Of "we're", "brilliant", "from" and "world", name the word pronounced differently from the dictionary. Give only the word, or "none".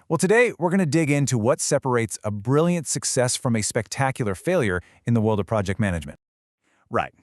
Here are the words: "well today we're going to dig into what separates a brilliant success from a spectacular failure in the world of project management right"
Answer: none